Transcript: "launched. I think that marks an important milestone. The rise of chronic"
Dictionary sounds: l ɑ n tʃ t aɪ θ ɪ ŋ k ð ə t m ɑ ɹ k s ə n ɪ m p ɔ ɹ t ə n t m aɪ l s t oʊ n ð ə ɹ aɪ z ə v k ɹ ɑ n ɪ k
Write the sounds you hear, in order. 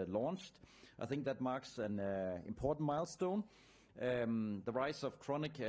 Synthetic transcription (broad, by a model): l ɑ n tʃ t aɪ θ ɪ ŋ k ð ə t m ɑ ɹ k s ə n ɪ m p ɔ ɹ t n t m aɪ l s t oʊ n ð ə ɹ aɪ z ə v k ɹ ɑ n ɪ k